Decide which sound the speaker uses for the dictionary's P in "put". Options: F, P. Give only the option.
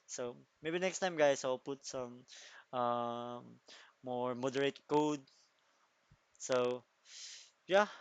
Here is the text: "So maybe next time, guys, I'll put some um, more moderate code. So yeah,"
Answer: P